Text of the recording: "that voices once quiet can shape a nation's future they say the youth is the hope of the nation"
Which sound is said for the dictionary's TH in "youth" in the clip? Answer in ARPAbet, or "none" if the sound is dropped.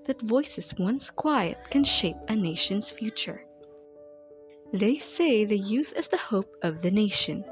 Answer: TH